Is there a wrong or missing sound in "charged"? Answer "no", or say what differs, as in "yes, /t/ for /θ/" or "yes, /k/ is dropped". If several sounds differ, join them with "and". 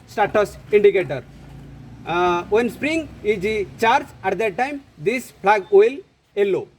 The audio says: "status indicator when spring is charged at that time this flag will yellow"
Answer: yes, /d/ is dropped